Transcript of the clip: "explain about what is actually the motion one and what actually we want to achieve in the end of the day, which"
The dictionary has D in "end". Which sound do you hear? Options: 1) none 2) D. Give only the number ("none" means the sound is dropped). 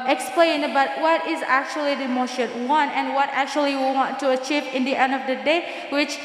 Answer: 2